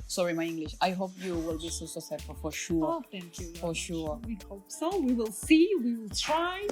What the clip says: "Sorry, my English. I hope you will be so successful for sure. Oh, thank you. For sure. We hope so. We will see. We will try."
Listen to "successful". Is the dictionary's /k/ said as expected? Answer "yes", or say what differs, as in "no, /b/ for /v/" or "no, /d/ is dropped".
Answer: no, /k/ is dropped